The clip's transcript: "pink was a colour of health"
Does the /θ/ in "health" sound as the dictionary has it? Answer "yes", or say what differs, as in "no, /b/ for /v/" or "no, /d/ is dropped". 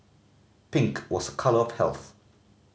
yes